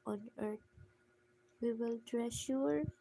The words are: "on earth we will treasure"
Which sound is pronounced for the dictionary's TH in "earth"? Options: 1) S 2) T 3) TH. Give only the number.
2